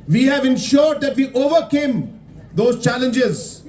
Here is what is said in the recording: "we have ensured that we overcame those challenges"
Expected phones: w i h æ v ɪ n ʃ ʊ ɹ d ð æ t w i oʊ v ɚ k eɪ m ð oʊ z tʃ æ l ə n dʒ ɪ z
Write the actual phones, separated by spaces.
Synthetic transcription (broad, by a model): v i h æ v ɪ n ʃ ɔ ɹ d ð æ t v i oʊ v ɚ k eɪ m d oʊ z tʃ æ l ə n dʒ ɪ z